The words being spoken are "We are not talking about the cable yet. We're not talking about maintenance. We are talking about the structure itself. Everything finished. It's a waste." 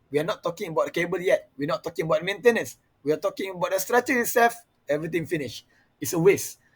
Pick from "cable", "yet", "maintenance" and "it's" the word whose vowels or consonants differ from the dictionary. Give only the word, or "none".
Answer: none